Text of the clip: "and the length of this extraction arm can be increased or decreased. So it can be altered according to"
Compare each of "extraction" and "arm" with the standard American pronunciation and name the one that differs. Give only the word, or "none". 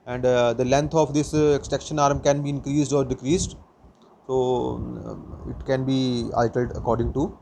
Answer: extraction